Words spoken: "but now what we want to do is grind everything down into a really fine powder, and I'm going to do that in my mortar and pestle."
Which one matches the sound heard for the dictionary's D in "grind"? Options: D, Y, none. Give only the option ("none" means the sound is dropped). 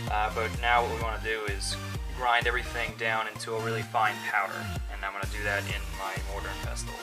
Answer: D